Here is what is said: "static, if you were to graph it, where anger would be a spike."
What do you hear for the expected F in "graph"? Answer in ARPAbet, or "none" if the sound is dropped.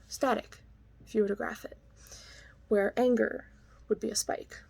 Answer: F